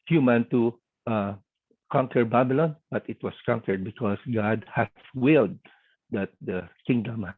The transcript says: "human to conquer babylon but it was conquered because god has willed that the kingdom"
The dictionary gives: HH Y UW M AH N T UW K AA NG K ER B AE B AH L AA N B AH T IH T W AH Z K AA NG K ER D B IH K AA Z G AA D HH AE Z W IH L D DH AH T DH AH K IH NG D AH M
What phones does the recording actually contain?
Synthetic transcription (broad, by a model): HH Y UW M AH N T UW K AA NG K ER B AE B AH L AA N B AH T IH T W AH S K AA NG K ER D B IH K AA S G AA D HH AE S W IH L D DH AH T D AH K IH NG D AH M